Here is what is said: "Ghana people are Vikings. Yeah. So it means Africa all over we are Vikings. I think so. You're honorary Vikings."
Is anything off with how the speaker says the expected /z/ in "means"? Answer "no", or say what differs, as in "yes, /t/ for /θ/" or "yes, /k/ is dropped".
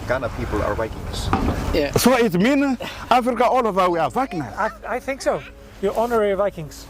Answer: yes, /z/ is dropped